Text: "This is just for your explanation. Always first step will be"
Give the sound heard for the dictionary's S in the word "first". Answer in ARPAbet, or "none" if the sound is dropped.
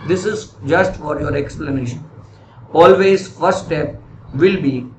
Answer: none